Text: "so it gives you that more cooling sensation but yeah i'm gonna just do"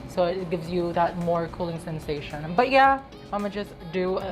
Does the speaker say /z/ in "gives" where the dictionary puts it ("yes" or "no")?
yes